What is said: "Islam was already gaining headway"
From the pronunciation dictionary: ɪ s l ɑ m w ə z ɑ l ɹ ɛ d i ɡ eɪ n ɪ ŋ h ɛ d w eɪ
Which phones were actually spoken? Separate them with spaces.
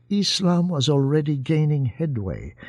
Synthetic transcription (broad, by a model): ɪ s l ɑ m w ə z ɑ l ɹ ɛ d i ɡ eɪ n ɪ ŋ h ɛ d w eɪ